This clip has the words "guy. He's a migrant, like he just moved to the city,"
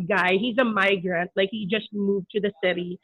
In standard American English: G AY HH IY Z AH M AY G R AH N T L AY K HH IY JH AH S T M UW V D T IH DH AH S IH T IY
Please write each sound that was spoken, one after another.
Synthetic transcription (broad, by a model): G AY HH IY Z AH M AY G R AH N T L AY K HH IY JH AH S T M UW V T IH DH AH S IH T IY